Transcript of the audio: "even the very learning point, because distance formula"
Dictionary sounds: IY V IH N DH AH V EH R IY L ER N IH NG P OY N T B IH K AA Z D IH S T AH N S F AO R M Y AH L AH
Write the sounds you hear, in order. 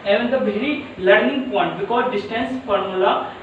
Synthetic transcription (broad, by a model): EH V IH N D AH B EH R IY L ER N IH NG P OY N T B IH K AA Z D IH S T AH N S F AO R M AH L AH